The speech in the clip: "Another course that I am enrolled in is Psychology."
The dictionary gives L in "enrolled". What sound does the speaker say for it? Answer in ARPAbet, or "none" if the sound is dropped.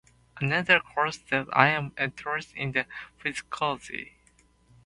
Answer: N